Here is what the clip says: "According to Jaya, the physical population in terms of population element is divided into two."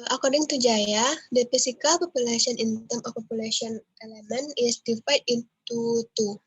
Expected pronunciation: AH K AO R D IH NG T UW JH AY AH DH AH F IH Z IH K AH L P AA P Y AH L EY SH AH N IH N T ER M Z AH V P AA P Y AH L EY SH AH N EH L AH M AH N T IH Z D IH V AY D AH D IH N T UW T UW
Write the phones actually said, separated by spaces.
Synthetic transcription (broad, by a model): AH K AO R D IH NG T UW JH AY AH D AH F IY S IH K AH L P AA P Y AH L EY S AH N IH N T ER M AH F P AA P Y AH L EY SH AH N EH L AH M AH N IH S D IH F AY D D IH N T UW T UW